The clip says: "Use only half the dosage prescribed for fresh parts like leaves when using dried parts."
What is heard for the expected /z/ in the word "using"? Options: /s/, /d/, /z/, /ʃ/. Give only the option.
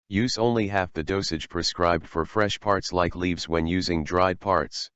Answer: /z/